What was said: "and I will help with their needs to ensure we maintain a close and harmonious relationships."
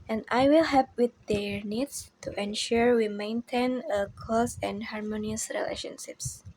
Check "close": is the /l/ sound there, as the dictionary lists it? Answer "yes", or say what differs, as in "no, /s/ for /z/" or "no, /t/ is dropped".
no, /l/ is dropped